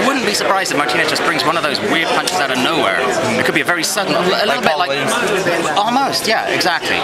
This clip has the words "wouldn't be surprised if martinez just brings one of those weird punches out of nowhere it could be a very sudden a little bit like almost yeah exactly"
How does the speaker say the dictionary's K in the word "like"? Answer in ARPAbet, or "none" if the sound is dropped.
none